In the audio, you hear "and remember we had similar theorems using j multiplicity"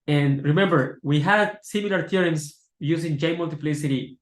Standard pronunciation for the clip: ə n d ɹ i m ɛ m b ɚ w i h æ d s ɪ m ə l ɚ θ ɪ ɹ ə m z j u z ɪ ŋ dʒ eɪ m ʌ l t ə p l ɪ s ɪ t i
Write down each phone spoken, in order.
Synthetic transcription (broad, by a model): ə n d ɹ i m ɛ m b ɚ w i h æ d s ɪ m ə l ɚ t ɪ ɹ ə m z j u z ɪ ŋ dʒ eɪ m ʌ l t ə p l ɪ s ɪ t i